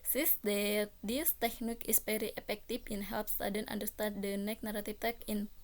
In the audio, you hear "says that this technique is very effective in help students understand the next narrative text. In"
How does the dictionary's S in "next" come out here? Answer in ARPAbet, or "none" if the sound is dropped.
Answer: none